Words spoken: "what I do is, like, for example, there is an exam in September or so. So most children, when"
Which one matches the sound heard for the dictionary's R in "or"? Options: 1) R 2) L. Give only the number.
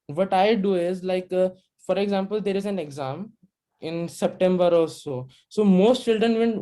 2